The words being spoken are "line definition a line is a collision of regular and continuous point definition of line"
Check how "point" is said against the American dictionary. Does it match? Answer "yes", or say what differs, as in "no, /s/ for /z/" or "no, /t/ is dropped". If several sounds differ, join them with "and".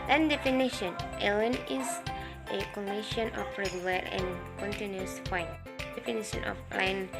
no, /f/ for /p/